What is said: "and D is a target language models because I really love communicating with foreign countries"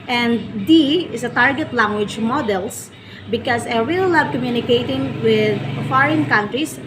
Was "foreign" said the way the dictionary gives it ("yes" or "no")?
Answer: yes